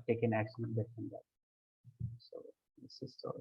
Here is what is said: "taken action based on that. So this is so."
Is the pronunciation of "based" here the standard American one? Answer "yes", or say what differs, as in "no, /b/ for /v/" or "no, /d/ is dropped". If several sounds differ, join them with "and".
no, /s/ is dropped